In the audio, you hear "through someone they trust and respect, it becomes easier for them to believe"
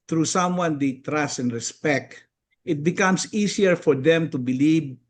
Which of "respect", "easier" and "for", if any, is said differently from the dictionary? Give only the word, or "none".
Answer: easier